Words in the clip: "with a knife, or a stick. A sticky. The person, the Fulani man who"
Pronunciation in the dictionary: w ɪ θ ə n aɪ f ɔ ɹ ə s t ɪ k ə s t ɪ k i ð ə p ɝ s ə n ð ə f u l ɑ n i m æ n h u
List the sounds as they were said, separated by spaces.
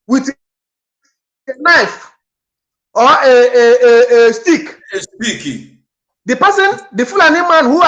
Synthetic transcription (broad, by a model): w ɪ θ n aɪ f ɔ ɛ ə s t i k ə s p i k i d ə p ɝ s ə n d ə f u l ɑ n i m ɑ n h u